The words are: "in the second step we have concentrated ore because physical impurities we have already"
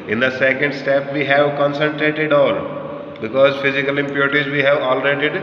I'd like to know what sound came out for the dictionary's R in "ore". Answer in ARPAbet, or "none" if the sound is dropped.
L